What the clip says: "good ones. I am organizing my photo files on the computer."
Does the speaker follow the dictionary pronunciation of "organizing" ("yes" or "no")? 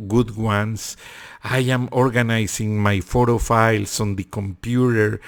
no